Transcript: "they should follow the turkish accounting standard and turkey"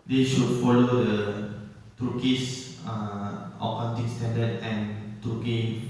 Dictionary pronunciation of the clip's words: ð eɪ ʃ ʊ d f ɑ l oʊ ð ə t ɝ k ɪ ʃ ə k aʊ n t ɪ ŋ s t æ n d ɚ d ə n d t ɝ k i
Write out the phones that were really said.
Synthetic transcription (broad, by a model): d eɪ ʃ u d f ɑ l oʊ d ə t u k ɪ s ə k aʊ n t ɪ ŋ s t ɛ n d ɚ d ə n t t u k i